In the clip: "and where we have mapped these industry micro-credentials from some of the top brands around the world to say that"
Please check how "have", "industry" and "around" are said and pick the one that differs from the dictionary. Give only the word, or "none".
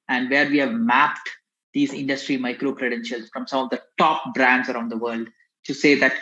none